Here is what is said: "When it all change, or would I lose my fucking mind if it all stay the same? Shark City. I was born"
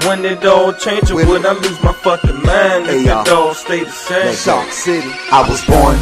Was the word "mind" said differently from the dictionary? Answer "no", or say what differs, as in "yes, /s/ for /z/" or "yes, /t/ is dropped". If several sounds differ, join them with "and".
yes, /d/ is dropped